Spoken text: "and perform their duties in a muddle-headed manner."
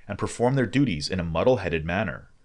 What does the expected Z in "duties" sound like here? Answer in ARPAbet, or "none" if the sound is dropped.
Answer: Z